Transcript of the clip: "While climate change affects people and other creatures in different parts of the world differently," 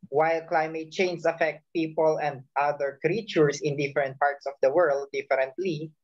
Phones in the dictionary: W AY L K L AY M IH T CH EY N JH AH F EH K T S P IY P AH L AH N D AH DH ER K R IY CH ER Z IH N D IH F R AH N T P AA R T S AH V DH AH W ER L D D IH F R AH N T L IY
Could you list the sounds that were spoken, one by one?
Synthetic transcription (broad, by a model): W AY L K L AY M IH T CH EY N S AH F EH K T P IY P AH L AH N D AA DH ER K R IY CH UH S IH N D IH F R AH N T P AA R T S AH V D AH W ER L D D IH F R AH N T L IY